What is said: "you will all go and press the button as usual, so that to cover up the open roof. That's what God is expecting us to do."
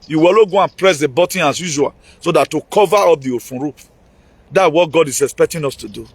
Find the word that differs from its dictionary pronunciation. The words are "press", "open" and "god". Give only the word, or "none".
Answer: open